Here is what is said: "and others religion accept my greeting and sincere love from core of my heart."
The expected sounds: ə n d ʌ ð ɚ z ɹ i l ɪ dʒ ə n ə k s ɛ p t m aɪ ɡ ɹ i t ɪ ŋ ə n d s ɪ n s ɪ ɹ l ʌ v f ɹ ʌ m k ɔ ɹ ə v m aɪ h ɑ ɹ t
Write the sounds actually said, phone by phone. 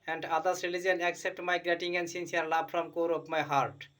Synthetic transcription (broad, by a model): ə n d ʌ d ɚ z ɹ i l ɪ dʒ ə n ə k s ɛ p t m aɪ ɡ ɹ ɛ t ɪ ŋ ə n d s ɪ n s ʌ ɹ l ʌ b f ɹ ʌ m k ɔ ɹ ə p m aɪ h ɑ ɹ t